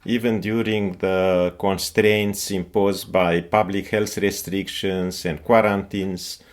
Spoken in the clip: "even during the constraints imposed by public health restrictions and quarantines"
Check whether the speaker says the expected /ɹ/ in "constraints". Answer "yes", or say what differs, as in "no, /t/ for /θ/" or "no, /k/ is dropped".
yes